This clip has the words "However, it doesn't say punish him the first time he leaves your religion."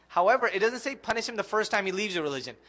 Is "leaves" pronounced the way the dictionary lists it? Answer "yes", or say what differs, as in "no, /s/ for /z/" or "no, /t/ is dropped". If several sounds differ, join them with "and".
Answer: yes